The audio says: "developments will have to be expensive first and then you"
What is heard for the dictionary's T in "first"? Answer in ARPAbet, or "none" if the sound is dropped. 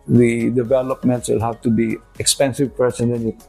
none